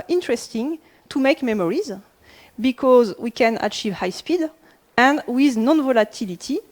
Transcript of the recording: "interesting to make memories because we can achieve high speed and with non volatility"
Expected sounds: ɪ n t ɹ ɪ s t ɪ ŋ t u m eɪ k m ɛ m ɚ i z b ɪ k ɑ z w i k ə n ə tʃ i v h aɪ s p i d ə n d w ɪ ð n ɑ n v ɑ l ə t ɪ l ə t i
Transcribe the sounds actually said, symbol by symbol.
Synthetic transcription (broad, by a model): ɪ n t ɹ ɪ s t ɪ ŋ t u m eɪ k m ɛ m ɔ i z b ɪ k ɑ z w i k ə n ə tʃ i v h aɪ s p i d ə n d w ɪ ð n ɑ n v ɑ l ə t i l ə t i